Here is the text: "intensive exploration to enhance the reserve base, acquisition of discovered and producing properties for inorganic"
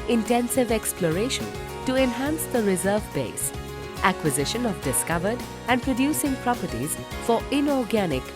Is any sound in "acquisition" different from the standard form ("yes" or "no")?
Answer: no